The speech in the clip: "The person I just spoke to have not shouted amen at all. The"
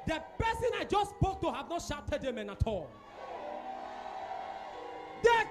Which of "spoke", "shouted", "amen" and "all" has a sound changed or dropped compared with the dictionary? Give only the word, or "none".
none